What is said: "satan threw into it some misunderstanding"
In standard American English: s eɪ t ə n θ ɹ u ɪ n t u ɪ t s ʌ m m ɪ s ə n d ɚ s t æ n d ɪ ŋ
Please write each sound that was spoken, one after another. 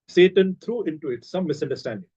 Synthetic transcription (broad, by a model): s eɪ t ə n t ɹ u ɪ n t u ɪ t s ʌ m m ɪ s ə n d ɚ s t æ n d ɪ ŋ